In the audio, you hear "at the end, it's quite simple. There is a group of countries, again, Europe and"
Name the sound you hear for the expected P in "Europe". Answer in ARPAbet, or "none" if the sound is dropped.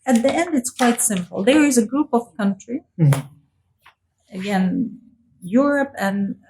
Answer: P